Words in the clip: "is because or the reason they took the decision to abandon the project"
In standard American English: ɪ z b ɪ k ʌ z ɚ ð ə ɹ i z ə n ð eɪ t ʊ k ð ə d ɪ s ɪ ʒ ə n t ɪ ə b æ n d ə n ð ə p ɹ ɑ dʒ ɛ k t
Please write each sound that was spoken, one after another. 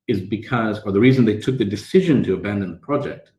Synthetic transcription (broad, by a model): ɪ z b ɪ k ʌ z ɚ ð ə ɹ i z ə n ð eɪ t ʊ k ð ə d ɪ s ɪ ʒ ə n t ɪ ə b æ n d ə n ð ə p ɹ ɑ dʒ ɛ k t